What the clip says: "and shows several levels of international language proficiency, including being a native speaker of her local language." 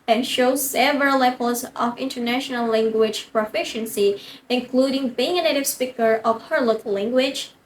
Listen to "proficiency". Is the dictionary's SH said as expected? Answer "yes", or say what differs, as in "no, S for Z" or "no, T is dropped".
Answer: yes